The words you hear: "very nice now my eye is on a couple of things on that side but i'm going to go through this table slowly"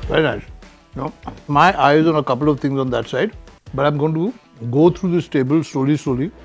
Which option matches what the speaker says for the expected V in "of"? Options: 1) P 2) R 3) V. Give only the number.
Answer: 3